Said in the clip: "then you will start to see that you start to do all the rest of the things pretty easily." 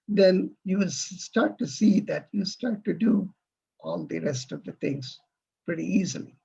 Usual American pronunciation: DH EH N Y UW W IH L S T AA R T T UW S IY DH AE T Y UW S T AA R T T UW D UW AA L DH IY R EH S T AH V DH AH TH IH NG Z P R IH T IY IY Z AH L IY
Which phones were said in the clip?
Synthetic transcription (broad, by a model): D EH N Y UW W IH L S T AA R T T UW S IY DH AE T Y UW S T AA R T T UW D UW AA L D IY R EH S T AH V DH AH T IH NG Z P R IH T IY IY Z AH L IY